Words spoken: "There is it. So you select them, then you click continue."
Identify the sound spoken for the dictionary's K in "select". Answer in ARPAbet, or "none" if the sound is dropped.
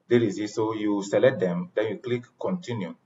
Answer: none